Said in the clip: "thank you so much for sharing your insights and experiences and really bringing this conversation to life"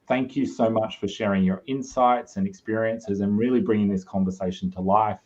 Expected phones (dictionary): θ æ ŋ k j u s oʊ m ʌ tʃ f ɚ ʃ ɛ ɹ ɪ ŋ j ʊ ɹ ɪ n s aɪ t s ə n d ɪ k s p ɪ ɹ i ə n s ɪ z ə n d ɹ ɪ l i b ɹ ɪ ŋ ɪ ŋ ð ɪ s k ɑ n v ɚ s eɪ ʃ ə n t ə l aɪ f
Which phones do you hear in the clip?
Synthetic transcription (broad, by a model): θ æ ŋ k j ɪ s oʊ m ʌ tʃ f ɚ ʃ ɛ ɹ ɪ ŋ j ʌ ɹ ɪ n s aɪ t s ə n ɪ k s p ɪ ɹ i ə n s ɪ z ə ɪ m ɹ ɪ l i b ɹ ɪ ŋ ɪ ŋ ð ɪ s k ɑ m v ɚ s eɪ ʃ n t ə l aɪ f